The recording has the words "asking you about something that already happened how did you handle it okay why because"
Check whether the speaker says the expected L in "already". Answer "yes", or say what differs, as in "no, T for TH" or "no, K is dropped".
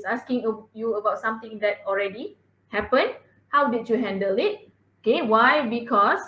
yes